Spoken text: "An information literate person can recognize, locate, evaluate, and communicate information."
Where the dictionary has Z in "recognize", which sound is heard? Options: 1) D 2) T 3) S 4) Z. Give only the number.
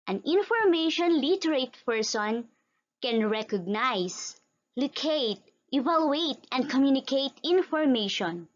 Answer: 3